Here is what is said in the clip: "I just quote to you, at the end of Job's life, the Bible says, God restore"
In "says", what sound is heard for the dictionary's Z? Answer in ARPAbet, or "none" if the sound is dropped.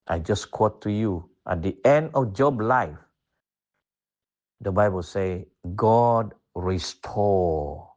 none